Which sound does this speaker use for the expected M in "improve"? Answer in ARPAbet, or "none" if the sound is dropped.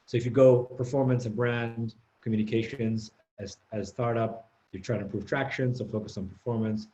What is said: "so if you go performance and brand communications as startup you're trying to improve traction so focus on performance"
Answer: none